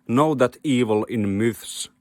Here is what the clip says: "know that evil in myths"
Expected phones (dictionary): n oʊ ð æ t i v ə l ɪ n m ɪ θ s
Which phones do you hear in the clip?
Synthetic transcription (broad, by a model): n oʊ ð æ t i v ə l ɪ n m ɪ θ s